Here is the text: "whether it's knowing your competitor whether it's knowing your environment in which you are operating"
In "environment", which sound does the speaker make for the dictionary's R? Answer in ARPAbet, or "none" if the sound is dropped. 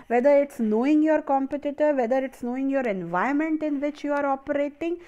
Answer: none